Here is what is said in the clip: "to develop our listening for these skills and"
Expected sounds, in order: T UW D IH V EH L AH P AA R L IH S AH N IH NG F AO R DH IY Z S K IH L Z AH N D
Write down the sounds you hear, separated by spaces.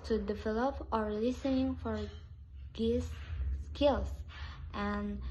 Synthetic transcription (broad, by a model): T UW D IH V EH L AH P AA R L IH S AH N IH NG F AO R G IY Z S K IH L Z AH N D